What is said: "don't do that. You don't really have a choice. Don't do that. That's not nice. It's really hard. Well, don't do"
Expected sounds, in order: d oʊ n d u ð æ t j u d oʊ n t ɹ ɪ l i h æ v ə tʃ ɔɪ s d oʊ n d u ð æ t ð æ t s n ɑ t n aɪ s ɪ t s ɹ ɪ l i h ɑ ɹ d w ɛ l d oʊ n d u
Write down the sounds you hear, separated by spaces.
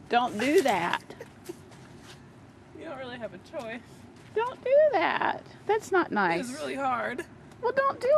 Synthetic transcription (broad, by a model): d oʊ n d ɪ ð æ t j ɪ d oʊ n t ɹ ɪ l i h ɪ v ə tʃ ɔɪ s d oʊ n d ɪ ð æ t ð æ t s n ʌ t n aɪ ɪ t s ɹ ɪ l i h ɑ ɹ d w ɛ l d oʊ n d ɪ